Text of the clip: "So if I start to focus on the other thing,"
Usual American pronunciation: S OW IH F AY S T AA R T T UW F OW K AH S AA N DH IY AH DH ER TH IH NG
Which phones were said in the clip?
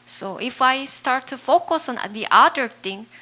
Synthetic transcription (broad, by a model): S OW IH F AY S T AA R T T UW F OW K AH S AA N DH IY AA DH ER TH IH NG